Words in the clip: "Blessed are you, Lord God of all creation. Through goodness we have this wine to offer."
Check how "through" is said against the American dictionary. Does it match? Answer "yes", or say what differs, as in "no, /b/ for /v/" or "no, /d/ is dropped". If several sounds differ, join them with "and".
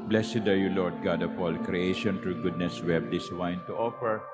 no, /t/ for /θ/